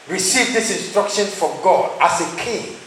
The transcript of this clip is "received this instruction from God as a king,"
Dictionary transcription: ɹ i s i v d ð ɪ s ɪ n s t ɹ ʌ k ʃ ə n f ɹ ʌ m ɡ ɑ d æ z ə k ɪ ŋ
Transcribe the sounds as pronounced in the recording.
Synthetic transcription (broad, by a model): ɹ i s i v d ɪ s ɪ n s t ɹ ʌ k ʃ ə n f ɹ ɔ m ɡ ɑ d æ s ə k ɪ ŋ